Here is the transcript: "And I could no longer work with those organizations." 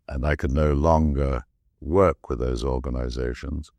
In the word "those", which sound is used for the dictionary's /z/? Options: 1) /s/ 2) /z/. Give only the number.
2